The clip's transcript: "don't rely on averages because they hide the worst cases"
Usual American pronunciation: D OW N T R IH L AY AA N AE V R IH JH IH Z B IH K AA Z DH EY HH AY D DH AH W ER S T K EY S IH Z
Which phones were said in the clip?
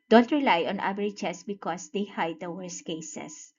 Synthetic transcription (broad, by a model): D OW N T R IH L AY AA N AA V R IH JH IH S B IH K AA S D EY HH AY D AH W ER S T K EY S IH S